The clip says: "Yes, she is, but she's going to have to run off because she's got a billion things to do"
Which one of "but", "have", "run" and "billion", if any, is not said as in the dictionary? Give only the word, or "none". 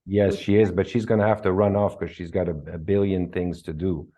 have